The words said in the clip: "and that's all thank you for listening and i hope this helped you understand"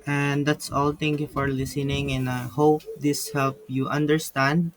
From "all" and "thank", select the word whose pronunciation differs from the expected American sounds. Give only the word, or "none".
thank